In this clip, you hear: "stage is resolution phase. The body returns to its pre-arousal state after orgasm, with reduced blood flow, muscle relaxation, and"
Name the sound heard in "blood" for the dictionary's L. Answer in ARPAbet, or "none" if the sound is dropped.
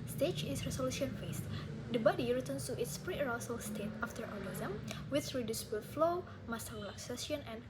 none